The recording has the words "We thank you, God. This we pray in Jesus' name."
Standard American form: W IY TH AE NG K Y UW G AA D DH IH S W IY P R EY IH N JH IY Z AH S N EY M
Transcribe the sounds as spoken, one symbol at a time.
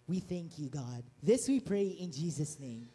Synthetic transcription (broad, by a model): W IY TH AE NG K Y UW G AA D DH IH S W IY P R EY IH N JH IY Z AH S N EY M